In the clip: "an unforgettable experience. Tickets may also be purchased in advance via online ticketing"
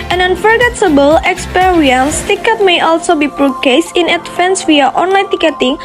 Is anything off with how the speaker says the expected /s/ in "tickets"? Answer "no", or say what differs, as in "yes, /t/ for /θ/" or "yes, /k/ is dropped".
yes, /s/ is dropped